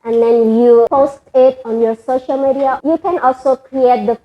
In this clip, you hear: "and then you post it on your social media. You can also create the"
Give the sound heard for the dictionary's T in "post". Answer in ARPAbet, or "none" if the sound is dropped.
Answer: T